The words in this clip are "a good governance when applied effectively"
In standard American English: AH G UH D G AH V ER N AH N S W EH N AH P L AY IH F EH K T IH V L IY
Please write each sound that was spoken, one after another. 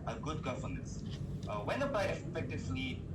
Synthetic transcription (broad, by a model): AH G UH D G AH F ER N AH S W EH N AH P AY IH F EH K T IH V L IY